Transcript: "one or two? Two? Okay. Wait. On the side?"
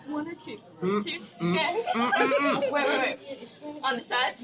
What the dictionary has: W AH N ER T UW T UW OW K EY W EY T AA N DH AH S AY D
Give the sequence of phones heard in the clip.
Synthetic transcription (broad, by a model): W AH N ER T UW T UW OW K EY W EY AA N DH AH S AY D